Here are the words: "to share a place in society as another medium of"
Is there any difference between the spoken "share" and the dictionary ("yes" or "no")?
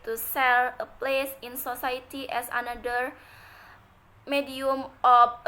yes